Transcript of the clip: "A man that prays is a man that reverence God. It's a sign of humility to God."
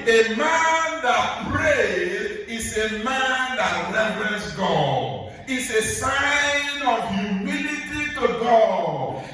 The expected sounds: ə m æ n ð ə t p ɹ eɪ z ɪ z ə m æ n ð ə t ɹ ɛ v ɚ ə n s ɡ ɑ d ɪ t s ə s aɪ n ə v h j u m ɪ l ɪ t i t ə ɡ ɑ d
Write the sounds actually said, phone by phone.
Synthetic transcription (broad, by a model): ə m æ n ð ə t p ɹ eɪ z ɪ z ə m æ n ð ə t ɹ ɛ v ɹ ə s ɡ ɑ d ɪ t s ə s aɪ n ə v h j u m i l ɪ t i t ə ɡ ɑ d